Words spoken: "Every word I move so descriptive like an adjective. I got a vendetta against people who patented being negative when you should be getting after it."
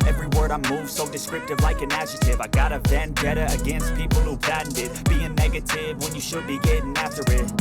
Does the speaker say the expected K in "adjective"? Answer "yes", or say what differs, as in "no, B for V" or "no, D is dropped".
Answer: no, K is dropped